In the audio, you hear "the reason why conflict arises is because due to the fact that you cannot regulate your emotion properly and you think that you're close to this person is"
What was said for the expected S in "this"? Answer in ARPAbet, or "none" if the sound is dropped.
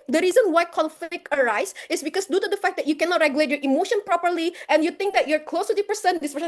none